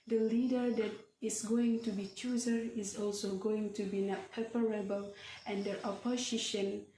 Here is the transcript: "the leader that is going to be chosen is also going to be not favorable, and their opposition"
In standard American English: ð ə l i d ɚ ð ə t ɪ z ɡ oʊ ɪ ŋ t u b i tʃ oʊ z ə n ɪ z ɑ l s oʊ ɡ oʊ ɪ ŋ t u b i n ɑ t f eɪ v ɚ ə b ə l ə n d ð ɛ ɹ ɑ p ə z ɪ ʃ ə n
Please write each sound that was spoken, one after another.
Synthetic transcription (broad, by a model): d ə l i d ɚ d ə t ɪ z ɡ oʊ ɪ ŋ t u b i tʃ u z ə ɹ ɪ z ɑ l s oʊ ɡ oʊ ɪ ŋ t u b i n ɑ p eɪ p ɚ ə b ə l ə n d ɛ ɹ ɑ p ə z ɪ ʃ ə n